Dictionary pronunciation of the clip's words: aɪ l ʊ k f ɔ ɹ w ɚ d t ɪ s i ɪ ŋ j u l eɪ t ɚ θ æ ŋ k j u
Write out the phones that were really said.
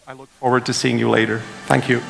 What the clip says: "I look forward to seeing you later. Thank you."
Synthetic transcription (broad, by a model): aɪ l ʊ k f ɔ ɹ w ɚ d t ɪ s i ɪ ŋ j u l eɪ t ɚ θ æ ŋ k j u